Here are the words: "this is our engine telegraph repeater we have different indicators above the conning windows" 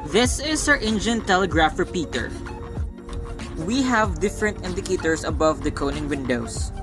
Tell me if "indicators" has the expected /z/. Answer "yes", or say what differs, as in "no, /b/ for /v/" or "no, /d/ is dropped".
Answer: no, /s/ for /z/